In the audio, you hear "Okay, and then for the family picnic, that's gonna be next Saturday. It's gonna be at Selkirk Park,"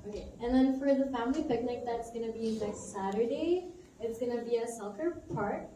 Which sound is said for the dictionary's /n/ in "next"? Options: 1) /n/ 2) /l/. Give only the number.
2